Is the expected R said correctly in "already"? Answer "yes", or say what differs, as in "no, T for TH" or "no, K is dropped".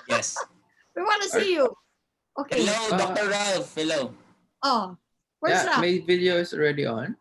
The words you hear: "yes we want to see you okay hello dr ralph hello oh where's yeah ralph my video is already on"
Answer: yes